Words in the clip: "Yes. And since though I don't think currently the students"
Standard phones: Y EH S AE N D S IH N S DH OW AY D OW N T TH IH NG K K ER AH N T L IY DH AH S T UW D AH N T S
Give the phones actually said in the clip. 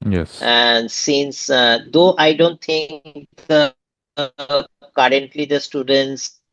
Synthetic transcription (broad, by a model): Y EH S AE N D S IH N S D OW AY D OW N T T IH NG K K ER AH N T L IY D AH S T UW D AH N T S